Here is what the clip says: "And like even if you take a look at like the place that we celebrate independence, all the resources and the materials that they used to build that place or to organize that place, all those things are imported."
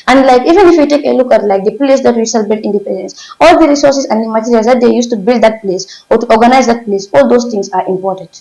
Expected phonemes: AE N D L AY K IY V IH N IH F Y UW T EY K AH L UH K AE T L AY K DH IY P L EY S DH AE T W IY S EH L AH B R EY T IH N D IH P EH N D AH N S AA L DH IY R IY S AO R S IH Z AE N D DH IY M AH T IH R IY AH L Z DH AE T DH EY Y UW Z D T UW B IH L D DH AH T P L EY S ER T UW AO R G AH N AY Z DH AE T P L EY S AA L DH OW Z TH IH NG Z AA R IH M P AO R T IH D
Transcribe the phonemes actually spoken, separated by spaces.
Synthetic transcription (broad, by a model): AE N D L AY K IY V IH N IH F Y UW T EY K AH L UH K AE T L AY K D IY P L EY S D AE T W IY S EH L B EY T IH N D IH P EH N D AH N S AA L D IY R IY S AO R S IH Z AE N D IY M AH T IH R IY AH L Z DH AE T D EY Y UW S T UW B IH L D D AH T P L EY S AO T UW AO R G AH N AY Z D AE T P L EY S AA L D OW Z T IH NG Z AA R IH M P AO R T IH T